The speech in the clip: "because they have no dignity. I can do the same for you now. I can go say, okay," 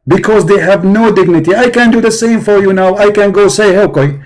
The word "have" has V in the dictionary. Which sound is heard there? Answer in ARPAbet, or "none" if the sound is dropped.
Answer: V